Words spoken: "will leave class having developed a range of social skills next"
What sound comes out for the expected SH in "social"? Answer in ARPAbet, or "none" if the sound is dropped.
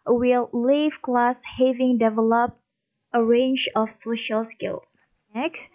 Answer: SH